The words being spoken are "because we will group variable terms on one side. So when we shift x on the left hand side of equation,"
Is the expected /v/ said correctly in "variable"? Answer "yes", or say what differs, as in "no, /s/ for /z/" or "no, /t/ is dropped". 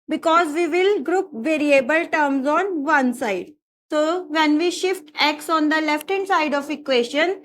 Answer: yes